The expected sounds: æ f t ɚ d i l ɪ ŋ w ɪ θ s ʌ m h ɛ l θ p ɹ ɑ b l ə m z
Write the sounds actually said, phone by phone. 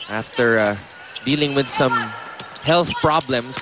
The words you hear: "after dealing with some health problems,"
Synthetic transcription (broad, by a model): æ f t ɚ d i l ɪ ŋ w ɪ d s ʌ m h ɛ l θ p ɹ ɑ b l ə m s